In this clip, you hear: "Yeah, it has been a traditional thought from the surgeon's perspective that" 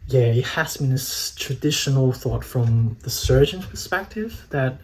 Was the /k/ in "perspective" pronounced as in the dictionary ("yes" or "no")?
yes